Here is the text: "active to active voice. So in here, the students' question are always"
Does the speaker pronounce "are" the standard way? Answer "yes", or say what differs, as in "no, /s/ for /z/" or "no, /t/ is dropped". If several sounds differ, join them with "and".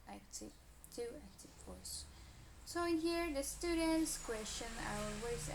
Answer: no, /w/ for /ɹ/